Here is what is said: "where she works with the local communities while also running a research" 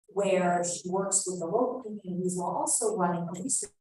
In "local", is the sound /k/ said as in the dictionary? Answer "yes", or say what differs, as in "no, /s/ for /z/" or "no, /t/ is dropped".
no, /k/ is dropped